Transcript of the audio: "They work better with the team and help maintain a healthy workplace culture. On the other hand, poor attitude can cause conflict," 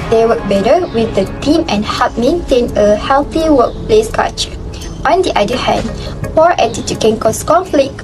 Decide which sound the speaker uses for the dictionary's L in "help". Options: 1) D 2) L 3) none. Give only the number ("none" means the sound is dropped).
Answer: 3